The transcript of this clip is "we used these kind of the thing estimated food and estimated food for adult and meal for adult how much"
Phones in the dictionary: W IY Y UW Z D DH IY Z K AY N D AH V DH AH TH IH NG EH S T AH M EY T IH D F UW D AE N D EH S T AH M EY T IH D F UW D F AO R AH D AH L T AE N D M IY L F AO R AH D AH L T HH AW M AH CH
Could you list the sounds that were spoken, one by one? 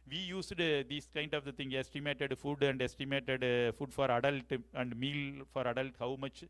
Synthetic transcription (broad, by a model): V IY Y UW S D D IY S K AY N D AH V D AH T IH NG EH S T AH M EY T IH D F UW D AE N D EH S T AH M EY T IH D F UW D F AO R AH D AH L T AE N D M IY L F AO R AH D AH L T HH AW M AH CH